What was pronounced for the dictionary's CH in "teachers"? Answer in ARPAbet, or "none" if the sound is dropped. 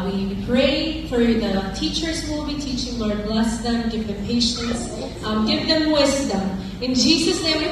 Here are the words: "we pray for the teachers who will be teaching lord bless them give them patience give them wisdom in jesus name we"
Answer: CH